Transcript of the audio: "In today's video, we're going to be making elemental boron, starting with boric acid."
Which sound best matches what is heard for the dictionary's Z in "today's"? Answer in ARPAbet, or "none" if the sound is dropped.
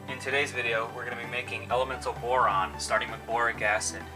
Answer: Z